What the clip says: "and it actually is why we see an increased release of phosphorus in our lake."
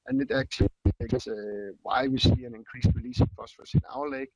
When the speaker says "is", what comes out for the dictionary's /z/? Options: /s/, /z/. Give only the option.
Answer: /s/